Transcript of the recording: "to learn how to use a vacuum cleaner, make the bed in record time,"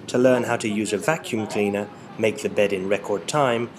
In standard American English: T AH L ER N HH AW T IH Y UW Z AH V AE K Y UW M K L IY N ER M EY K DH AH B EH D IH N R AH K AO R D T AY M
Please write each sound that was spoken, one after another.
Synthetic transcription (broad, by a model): T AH L ER N HH AW T IH Y UW Z AH V AE K Y UW M K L IY N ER M EY K DH AH B EH D IH N R AH K AO R D T AY M